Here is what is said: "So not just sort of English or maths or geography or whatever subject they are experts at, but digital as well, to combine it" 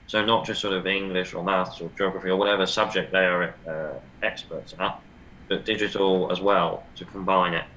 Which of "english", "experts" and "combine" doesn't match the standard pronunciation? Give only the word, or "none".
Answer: none